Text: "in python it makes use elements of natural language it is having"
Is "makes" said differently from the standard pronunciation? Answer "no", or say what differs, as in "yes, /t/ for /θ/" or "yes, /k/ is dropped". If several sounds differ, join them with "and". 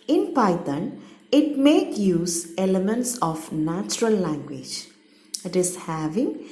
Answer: yes, /s/ is dropped